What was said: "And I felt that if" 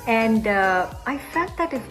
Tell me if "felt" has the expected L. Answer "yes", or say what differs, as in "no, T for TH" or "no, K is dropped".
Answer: no, L is dropped